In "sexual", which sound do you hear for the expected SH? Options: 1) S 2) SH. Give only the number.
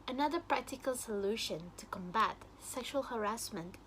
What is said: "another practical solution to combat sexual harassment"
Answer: 2